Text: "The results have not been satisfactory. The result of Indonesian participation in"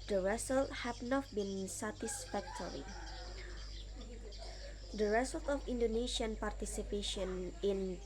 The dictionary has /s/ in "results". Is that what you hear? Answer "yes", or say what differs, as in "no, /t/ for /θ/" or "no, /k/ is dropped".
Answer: no, /s/ is dropped